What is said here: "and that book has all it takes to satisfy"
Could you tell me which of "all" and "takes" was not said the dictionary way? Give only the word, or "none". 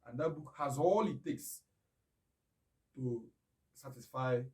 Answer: none